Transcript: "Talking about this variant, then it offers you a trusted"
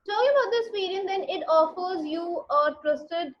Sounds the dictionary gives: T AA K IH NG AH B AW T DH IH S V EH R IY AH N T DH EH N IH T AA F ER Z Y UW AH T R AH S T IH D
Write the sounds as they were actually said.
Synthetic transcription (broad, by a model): T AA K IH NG AH B AW T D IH S P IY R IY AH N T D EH N IH T AA F ER Z Y UW AH T R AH S T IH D